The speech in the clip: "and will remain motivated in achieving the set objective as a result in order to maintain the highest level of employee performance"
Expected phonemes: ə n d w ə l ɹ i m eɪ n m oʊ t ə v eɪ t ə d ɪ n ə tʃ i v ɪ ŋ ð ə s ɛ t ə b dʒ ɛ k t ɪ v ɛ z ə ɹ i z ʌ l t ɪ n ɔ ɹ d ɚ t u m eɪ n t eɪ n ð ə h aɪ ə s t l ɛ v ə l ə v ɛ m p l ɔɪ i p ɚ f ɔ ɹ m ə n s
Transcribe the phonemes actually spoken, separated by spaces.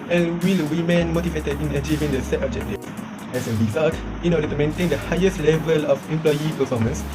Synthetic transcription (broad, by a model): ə n w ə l w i m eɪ n m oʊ t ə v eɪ t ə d ɪ n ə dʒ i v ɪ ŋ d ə s ɛ t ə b dʒ ɛ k t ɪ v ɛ s ə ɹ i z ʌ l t ɪ n ɔ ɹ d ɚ t u m eɪ n t eɪ n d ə h aɪ ə s t l ɛ v ə l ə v ɛ m p l ɔɪ i p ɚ f ɔ m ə n s